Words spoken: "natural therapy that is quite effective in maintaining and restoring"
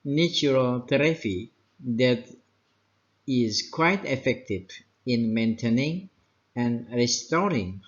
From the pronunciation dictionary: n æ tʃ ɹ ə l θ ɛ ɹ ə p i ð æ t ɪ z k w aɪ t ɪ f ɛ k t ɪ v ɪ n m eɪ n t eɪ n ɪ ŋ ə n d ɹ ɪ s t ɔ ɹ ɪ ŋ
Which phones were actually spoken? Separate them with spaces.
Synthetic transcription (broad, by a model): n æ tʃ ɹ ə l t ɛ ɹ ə f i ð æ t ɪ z k w aɪ t ɪ f ɛ k t ɪ v ɪ n m eɪ n t eɪ n ɪ ŋ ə n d ɹ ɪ s t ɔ ɹ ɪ ŋ